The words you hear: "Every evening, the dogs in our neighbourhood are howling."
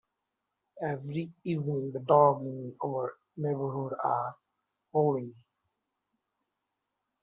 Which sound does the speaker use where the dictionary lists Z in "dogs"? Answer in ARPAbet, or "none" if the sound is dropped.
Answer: none